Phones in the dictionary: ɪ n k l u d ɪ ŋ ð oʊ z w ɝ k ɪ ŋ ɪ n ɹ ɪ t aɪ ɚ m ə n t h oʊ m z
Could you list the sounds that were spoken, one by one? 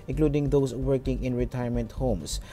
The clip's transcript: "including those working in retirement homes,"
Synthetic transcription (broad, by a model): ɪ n k l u d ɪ ŋ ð oʊ s w ɝ k ɪ ŋ ɪ n ɹ ɪ t aɪ ɚ m ə n t h oʊ m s